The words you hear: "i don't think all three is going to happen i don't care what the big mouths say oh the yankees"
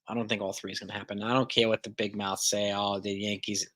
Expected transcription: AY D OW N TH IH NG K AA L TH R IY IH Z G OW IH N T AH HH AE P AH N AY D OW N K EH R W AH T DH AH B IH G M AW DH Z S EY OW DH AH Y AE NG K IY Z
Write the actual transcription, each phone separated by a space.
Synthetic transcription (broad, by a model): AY D OW N TH IH NG K AA L TH R IY IH Z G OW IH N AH HH AE P AH N AY D OW N K EH R W AH T DH AH B IH G M AW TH S EY OW DH AH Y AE NG K IY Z